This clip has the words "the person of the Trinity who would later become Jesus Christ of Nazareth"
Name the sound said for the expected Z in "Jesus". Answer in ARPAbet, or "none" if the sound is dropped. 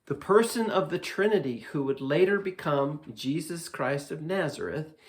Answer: Z